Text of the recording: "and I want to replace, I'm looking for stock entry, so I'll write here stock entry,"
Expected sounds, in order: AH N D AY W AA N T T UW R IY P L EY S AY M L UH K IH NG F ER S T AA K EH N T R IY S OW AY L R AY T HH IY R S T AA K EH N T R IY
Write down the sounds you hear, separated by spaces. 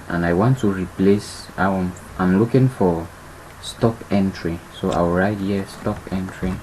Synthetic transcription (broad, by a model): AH N AY W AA N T T UW R IY P L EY S AY M L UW K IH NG F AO S T AA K EH N T R IY S OW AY W R AY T HH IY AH S T AA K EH N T R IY